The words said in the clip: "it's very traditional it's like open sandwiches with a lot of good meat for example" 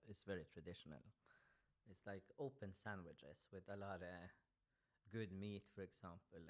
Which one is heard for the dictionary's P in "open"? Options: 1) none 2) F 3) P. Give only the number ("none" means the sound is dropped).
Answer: 3